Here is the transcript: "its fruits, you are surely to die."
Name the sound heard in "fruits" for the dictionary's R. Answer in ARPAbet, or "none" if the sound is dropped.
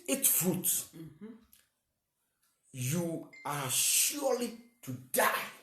none